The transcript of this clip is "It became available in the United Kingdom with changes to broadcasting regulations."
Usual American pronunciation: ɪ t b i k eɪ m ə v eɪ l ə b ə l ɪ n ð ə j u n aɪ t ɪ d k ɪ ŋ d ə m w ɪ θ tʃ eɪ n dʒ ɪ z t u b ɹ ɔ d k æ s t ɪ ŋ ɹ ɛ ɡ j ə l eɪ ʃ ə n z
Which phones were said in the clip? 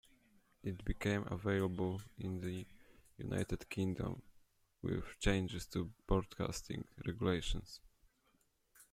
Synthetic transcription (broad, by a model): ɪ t b i k eɪ m ə v eɪ l ə b ə l ɪ n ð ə j u n aɪ t ɪ d k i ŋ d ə m w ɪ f tʃ eɪ n dʒ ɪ s t u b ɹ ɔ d k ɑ s t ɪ ŋ ɹ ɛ ɡ j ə l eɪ ʃ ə n s